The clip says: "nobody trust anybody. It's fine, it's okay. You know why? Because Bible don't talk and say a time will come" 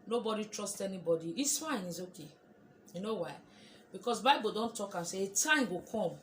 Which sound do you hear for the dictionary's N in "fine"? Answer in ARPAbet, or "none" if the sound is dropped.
N